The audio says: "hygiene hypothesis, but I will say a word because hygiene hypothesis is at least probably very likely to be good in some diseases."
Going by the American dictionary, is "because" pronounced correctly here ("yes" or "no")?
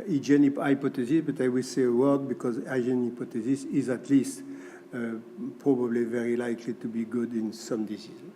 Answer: yes